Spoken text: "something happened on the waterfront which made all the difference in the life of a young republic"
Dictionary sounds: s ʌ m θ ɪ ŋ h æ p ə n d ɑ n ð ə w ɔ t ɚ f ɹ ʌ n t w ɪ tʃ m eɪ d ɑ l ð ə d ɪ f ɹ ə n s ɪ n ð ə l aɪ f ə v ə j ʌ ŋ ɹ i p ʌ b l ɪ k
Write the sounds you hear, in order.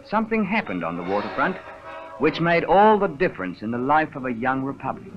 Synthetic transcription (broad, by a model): s ʌ m θ ɪ ŋ h æ p ə n d n ð ə w ɔ t ɚ f ɹ ʌ n t w ɪ tʃ m eɪ d ɑ l ð ə d ɪ f ɹ ə n s ɪ n ð ə l aɪ f ə v ə j ʌ ŋ ɹ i p ʌ b l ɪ k